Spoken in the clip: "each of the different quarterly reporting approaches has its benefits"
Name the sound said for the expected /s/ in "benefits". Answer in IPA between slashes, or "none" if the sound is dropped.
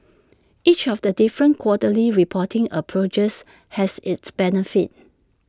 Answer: none